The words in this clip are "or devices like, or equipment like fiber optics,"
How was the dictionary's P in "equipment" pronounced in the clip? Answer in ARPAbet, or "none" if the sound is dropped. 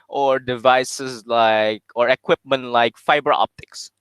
P